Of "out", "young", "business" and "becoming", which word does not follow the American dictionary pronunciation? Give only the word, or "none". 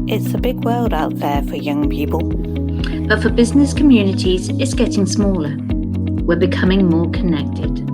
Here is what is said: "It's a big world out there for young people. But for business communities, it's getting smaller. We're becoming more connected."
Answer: none